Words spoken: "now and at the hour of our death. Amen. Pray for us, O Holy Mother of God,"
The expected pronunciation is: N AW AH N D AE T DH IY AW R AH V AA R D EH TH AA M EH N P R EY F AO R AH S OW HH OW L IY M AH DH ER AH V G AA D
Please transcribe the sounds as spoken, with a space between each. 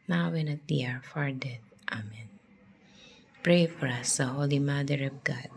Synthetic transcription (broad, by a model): N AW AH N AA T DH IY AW R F AA R D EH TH AA M EH N P R EY F AO R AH S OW HH OW L IY M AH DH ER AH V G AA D